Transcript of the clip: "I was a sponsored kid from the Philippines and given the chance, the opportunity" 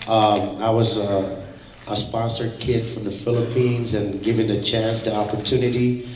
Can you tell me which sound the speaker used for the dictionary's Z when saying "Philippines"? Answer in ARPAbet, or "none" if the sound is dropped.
Z